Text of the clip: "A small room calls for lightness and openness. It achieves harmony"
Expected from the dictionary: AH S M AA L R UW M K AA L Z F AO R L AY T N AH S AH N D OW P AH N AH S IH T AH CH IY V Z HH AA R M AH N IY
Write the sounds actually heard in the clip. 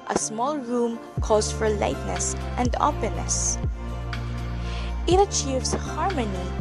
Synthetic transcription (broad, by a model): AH S M AA L R UW M K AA Z F AO R L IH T N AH S AH N D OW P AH N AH S IH T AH CH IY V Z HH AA R M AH N IY